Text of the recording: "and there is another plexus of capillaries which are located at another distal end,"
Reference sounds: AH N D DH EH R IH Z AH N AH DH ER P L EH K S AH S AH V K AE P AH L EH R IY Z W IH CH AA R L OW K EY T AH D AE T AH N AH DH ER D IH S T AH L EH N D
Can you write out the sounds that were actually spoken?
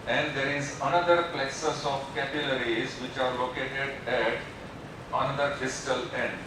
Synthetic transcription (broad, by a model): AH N D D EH R IH Z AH N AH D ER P L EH S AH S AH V K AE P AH L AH R IY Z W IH CH AA R L OW K EY T AH D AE T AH N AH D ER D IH S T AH L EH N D